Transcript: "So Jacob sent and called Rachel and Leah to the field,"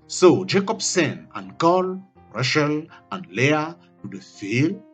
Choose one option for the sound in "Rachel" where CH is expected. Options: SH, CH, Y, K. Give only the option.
SH